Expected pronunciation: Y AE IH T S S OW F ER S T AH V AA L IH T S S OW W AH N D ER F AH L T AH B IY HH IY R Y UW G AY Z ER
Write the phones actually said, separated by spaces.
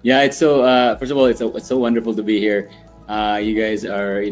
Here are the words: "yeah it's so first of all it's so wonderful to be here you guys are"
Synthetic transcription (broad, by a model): Y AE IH T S S OW F ER S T AH V AA L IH T S S OW W AH N D ER F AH L T AH B IY HH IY R Y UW G AY Z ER